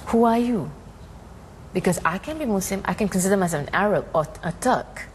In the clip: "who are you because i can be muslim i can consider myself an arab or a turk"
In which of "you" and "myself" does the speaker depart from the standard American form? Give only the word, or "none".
myself